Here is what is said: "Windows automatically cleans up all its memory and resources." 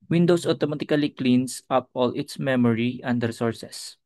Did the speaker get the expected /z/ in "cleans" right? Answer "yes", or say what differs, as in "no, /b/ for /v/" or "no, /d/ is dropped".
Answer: no, /s/ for /z/